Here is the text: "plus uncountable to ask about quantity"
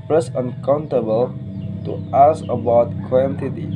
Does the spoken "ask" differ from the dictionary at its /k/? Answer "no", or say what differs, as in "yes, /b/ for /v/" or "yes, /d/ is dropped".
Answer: yes, /k/ is dropped